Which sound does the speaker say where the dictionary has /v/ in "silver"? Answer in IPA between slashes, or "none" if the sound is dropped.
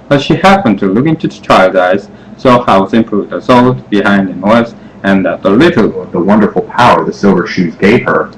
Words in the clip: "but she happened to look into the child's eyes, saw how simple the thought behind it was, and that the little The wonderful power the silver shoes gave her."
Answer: /v/